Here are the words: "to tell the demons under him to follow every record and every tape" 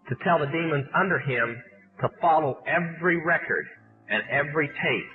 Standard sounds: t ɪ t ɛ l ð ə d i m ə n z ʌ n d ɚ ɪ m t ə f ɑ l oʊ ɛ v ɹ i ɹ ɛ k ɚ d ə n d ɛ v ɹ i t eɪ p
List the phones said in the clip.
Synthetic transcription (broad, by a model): t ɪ t ɛ l ð ə d i m ə n z ʌ n d ɚ ɪ m t ə f ɑ l oʊ ɛ v ɹ i ɹ ɛ k ɚ d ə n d ɛ v ɹ i t eɪ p